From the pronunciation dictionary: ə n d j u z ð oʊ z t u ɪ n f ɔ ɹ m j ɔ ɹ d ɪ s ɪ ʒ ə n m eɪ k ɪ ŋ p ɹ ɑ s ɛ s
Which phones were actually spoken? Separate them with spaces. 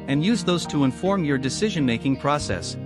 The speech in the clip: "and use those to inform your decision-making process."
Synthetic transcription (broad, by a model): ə n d j u z ð oʊ z t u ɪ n f ɔ ɹ m j ɔ ɹ d ɪ s ɪ ʒ ə n m eɪ k ɪ ŋ p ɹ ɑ s ɛ s